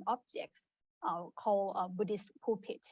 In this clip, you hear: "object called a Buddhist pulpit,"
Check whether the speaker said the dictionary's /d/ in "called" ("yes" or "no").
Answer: no